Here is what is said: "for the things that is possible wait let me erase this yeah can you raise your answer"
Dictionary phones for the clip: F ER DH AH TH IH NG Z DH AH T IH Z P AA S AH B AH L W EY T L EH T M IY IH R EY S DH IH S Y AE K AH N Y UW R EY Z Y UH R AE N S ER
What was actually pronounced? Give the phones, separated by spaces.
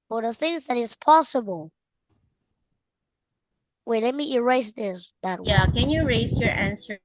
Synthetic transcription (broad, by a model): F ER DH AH TH IH NG Z DH AH T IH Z P AA S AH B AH L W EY L EH T M IY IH R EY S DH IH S Y AE K AH N Y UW R EY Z Y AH R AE N S ER